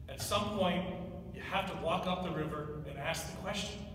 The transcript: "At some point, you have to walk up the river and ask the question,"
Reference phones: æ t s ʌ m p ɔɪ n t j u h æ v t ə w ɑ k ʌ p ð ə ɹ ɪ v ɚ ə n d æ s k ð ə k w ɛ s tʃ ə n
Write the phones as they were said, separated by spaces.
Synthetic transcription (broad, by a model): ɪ t s ʌ m p ɔɪ n t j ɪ h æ f t ə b ɑ k ʌ p ð ə ɹ ɪ v ɚ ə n æ s k ð ə k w ɛ s tʃ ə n